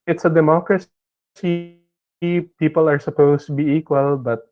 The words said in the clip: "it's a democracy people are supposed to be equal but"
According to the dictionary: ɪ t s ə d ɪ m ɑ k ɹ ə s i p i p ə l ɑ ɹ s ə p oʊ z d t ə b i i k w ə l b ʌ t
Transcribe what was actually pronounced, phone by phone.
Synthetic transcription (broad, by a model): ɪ t s ə d ɪ m ɑ k ɹ ə s i p i p ə l ɑ ɹ s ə p oʊ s t ə b i i k w ə l b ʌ t